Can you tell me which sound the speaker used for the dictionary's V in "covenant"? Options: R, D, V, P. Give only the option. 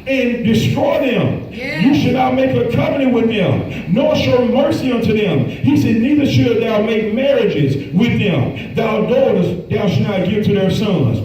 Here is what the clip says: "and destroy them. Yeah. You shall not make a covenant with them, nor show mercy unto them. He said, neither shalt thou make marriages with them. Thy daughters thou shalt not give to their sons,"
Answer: P